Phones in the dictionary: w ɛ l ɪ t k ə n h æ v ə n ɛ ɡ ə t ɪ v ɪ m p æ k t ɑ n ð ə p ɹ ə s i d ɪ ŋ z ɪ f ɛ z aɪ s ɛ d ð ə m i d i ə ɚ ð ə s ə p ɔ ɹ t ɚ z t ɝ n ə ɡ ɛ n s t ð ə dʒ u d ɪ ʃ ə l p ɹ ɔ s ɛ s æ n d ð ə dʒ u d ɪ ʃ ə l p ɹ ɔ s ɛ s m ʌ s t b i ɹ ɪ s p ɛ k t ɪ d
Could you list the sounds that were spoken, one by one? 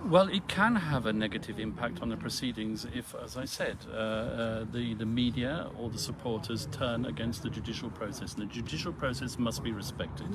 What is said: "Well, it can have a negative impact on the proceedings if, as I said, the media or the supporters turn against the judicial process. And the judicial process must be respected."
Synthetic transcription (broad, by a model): w ɛ l ɪ t k ə n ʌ v ə n ɛ ɡ ə t ɪ v ɪ m p æ k t n ð ə p ɹ ə s i d ɪ ŋ z ɪ f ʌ z aɪ s ɛ d ð ə m i d i ə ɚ ð ə s ə p ɔ ɹ t ɚ z t ɝ n ə ɡ ɛ n s t ð ə dʒ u d ɪ ʃ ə l p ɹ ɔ s ɛ s n ð ə dʒ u d ɪ ʃ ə l p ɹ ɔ s ɛ s m ʌ s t b i ɹ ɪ s p ɛ k t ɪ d